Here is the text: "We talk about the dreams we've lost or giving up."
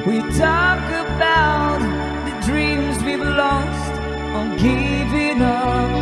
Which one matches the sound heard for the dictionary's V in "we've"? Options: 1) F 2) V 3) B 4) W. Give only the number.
3